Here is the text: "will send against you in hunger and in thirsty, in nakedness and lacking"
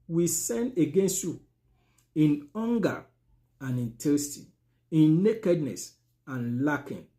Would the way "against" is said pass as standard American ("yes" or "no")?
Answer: yes